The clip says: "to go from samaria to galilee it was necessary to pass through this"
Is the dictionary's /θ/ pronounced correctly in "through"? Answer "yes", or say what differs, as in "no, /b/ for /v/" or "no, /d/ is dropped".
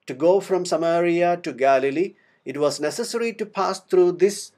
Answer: no, /t/ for /θ/